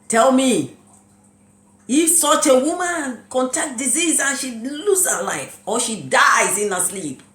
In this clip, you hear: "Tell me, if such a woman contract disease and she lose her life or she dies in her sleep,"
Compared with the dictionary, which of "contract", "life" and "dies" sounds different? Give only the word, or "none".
contract